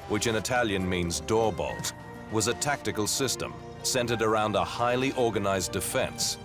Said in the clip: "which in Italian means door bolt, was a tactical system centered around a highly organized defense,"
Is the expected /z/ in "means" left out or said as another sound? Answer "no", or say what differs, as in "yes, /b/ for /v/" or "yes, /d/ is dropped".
no